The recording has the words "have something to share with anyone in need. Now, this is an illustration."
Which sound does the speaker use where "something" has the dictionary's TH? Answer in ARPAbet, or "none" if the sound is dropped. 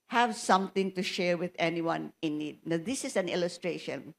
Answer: T